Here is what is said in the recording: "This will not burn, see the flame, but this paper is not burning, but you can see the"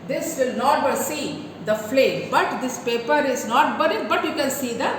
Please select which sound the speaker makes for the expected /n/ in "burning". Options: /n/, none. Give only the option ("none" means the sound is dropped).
none